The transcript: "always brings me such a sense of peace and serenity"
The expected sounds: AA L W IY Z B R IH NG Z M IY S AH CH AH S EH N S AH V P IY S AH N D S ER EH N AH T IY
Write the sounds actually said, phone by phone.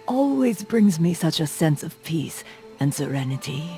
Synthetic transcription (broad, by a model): AA L W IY Z B R IH NG Z M IY S AH CH AH S EH N S AH V P IY S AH N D S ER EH N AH T IY